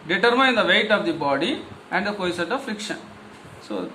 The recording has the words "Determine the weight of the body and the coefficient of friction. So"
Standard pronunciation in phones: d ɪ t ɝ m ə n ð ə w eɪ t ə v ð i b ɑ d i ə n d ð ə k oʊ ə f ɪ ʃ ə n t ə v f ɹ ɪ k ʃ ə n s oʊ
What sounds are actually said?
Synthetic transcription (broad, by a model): d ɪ t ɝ m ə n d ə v eɪ t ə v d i b ɑ d i ə n d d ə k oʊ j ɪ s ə t ə v f ɹ ɪ k ʃ ə n s oʊ